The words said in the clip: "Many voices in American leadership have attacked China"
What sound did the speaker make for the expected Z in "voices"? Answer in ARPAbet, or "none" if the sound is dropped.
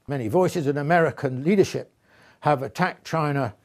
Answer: Z